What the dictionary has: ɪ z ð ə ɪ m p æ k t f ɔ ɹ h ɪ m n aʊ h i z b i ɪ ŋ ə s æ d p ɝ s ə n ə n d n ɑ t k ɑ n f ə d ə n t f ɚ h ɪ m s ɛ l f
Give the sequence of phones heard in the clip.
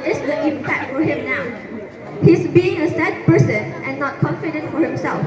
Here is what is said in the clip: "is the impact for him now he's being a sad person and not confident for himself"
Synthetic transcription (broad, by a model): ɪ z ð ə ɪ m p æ t f ɔ ɹ h ɪ m n aʊ h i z b i ɪ ŋ ə s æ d p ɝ s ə n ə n n ɑ t k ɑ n f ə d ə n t f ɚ h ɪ m s ɛ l f